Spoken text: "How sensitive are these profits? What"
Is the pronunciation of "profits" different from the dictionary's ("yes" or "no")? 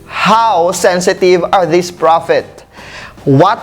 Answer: yes